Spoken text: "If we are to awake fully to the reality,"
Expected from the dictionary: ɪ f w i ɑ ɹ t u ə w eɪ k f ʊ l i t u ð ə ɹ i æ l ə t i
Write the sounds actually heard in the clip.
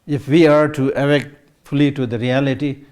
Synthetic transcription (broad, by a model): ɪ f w i ɑ ɹ t u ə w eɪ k f ʊ l i t u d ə ɹ i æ l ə t i